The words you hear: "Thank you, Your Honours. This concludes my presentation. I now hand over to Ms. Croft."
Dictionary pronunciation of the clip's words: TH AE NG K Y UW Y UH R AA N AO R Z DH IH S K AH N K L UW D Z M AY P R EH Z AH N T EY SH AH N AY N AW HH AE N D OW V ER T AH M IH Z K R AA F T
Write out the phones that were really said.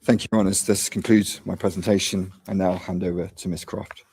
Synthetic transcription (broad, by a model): TH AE NG K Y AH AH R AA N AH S DH IH S K AH N K L UW D Z M AY P R EH Z AH N T EY SH AH N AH N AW HH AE N D OW V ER T AH M IH S K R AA F T